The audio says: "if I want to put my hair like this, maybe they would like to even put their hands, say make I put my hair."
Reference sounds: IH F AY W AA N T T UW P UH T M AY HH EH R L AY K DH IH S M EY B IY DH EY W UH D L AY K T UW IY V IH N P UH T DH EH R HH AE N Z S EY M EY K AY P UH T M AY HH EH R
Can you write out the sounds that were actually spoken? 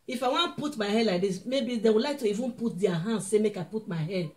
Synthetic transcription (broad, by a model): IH F AY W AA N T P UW T M AY HH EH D L AY K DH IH S M EY B IY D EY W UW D L AY K T UW IY V IH N P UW T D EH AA HH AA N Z S EY M EY K AY P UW T M AY HH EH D